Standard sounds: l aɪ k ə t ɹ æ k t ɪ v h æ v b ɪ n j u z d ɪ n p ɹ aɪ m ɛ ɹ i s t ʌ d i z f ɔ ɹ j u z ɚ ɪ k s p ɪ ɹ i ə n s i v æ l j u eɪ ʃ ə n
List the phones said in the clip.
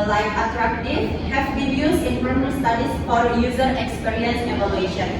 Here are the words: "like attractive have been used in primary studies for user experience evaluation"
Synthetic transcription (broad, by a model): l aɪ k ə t ɹ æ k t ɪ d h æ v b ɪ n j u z ɪ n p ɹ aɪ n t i s t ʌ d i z f ɔ ɹ j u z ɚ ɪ k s p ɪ ɹ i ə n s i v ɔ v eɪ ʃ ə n